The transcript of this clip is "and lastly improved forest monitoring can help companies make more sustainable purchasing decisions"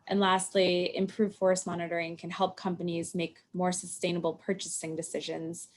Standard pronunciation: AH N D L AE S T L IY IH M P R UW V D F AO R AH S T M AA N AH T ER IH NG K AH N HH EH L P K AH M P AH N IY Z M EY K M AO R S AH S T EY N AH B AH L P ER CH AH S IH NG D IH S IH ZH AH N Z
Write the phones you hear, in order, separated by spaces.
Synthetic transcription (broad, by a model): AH N L AE S T L IY IH M P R UW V F AO R S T M AA N AH T ER IH NG K AH N HH EH L P K AH M P AH N IY Z M EY K M AO R S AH S T EY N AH B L P ER CH AH S IH NG D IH S IH ZH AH N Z